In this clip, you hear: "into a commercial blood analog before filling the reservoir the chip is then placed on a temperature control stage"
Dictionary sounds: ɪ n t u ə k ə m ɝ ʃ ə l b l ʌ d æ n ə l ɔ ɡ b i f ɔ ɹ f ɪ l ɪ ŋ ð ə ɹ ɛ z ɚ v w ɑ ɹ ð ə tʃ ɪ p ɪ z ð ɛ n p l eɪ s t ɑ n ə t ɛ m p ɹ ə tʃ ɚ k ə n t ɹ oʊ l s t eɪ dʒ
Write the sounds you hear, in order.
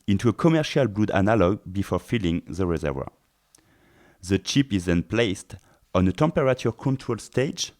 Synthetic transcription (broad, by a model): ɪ n t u ə k ə m ɝ ʃ ə l b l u d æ n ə l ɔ ɡ b i f ɔ ɹ f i l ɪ ŋ ð ə ɹ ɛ z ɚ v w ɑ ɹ ð ə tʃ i p ɪ z ð ɛ n p l eɪ s t ɑ n ə t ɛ m p ɹ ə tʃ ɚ k ə n t ɹ oʊ l s t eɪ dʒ